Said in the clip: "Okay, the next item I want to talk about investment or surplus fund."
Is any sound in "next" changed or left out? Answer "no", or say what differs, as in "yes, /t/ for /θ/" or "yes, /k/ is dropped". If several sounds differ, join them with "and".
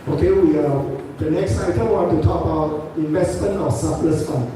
no